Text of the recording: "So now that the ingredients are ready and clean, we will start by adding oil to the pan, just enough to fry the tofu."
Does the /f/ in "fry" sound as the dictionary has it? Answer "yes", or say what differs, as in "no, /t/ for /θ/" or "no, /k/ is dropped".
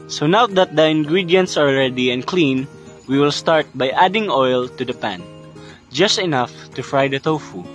yes